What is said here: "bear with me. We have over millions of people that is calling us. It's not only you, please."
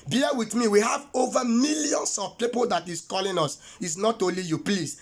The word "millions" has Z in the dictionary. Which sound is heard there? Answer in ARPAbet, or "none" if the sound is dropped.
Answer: S